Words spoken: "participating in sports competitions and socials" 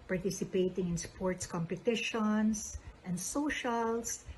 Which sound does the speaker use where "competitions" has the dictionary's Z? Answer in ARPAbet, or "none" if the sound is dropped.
S